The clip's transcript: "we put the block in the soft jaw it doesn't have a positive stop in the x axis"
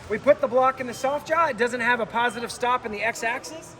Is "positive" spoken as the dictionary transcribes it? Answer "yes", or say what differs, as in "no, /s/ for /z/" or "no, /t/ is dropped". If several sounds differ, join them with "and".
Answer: yes